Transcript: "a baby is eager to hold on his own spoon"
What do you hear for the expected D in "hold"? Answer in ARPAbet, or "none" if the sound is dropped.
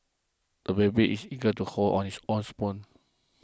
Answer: none